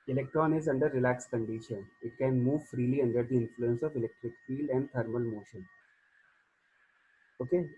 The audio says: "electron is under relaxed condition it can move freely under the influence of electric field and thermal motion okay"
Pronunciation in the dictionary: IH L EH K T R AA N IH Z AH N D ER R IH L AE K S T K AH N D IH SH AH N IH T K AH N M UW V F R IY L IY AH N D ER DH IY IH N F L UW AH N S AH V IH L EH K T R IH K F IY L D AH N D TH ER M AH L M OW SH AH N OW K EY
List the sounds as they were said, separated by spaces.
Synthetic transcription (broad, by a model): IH L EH K T R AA N IH Z AH N D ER R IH L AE K S K AH N D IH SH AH N IH T K AH N M UW V F R IY L IY AH N D ER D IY IH N F L UW AH N S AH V IH L EH K T R IH K F IY L D AH N D T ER M AH L M OW SH AH N OW K EY